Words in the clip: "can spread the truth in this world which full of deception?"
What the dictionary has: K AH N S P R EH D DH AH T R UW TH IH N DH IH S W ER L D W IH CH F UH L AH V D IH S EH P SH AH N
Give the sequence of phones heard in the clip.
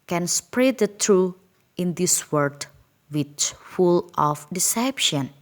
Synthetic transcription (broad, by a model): K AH N S P R EH D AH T R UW IH N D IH S W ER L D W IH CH F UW L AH F D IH S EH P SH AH N